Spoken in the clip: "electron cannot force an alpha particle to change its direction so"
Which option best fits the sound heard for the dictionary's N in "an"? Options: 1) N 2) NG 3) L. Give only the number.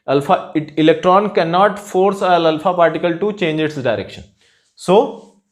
3